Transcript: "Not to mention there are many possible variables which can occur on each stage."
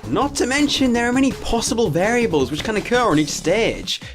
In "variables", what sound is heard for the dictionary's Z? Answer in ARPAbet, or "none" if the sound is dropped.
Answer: Z